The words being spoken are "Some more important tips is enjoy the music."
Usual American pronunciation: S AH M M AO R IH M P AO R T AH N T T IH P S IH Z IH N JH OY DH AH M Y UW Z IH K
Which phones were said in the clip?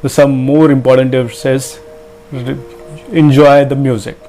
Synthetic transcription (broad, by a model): S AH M M AO R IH M P AO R T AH N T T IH S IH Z IH N JH OY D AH M Y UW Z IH K